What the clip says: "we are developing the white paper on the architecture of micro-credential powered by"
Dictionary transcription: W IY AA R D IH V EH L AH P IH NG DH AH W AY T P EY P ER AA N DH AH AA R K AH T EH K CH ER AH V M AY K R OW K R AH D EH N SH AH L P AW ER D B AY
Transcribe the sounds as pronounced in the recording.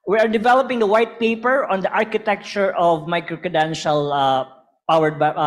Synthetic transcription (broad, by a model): W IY AA R D IH V EH L AH P IH NG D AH W AY T P EY P ER AA N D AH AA R K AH T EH K CH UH AH V M AY K R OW K AH D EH N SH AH L P AW ER D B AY